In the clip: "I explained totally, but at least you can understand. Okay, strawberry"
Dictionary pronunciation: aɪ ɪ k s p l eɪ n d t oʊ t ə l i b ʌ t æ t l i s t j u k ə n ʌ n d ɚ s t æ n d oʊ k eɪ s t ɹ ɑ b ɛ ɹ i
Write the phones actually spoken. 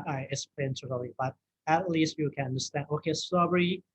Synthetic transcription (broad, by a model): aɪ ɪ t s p eɪ n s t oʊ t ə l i b ʌ t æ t l i s t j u k ə n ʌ n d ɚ s t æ n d oʊ k eɪ s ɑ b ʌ ɹ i